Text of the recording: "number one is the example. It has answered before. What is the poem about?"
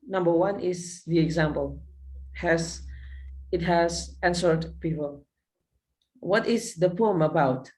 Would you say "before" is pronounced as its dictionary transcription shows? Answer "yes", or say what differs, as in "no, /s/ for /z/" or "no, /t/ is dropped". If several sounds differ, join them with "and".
no, /p/ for /f/ and /l/ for /ɹ/